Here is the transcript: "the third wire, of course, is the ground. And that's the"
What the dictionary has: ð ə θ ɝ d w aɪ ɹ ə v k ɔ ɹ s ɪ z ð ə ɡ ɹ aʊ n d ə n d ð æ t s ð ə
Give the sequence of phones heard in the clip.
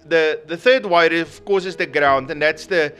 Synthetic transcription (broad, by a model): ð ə θ ɝ d w aɪ ɹ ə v k ɔ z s ɪ z ð ə ɡ ɹ aʊ n d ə n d ð æ t s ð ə